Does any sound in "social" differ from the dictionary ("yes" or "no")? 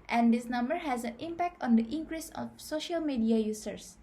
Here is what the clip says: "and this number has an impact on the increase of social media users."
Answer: no